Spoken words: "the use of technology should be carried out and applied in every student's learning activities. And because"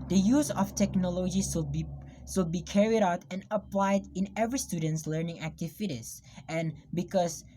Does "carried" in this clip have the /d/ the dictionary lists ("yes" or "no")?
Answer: yes